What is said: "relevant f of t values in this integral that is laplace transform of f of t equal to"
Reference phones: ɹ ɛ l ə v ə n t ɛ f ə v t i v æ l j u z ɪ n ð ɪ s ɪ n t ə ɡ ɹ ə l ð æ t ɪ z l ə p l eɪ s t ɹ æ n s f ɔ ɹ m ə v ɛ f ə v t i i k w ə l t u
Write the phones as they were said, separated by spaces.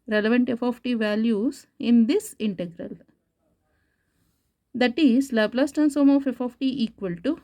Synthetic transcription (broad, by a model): ɹ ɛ l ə v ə n t ɛ f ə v t i v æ l j u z ɪ n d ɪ s ɪ n t ə ɡ ɹ ə l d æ t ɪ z l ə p l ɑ s t æ n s ɔ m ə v ɛ f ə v t i i k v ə l t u